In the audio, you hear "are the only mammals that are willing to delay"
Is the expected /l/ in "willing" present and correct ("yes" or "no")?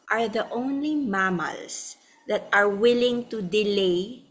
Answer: yes